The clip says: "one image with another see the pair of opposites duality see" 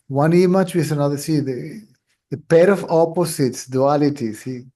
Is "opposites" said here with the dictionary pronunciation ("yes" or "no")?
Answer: no